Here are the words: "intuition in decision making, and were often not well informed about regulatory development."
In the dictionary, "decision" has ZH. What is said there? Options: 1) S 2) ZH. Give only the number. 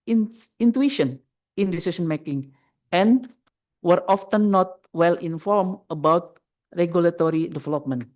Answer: 1